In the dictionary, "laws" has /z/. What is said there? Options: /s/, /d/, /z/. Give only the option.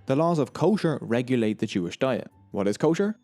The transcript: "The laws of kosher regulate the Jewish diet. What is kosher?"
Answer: /z/